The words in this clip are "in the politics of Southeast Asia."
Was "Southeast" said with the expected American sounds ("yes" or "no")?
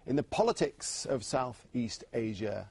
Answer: yes